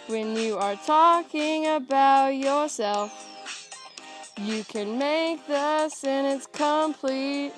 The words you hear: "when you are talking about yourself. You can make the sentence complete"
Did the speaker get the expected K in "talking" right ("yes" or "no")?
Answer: yes